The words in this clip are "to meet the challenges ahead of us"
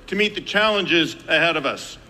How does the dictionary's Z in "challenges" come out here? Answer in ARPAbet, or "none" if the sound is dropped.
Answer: Z